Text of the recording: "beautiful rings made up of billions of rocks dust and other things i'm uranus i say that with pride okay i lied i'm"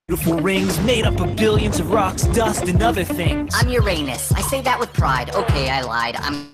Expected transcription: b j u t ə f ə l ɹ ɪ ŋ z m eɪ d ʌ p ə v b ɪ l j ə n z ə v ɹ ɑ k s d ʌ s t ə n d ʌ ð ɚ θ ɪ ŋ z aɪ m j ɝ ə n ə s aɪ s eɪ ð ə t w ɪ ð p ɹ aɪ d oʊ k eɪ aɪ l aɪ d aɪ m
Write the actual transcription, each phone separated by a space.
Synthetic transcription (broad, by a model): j t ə f l ɹ ɪ ŋ z m eɪ d ʌ p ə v b ɪ l j ə n z ə v ɹ ɑ k s d ʌ s t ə n ʌ ð ɚ θ ɪ ŋ aɪ m j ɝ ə n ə s aɪ s eɪ ð ə t w ɪ ð p ɹ aɪ d oʊ k eɪ aɪ l aɪ d aɪ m